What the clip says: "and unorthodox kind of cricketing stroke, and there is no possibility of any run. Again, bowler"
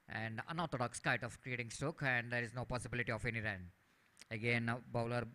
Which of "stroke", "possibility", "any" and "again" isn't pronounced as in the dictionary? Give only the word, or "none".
stroke